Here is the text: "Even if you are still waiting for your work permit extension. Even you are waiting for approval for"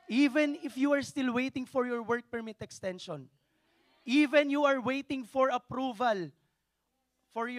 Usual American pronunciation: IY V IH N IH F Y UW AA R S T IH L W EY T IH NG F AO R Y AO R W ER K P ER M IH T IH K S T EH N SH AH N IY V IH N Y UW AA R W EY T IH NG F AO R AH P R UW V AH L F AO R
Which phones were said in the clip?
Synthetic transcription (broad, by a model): IY V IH N IH F Y UW AA R S T IH L W EY T IH NG F AO R Y AO R W ER K P ER M IH T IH K S T EH N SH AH N IY V IH N Y UW AA R W EY T IH NG F AO R AH P R UW V AH L F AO R